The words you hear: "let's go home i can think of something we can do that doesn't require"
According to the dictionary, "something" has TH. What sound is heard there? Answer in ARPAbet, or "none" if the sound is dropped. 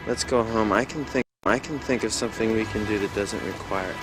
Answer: TH